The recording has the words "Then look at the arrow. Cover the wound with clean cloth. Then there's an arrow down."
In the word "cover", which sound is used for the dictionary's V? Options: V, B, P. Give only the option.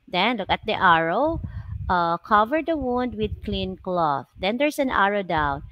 V